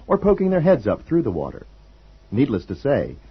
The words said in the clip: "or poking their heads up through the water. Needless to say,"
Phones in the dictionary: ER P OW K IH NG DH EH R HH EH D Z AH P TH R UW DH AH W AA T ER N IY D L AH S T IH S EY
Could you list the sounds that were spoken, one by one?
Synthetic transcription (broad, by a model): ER P OW K IH NG DH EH R HH EH D Z AH P TH R UW DH AH W AA T ER N IY D L AH S T IH S EY